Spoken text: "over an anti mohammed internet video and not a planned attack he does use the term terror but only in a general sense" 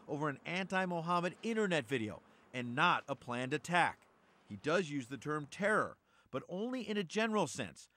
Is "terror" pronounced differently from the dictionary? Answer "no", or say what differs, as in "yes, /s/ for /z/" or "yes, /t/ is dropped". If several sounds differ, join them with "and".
no